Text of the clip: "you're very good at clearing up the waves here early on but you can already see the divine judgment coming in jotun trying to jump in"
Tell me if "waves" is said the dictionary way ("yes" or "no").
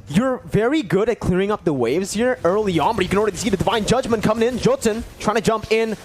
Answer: yes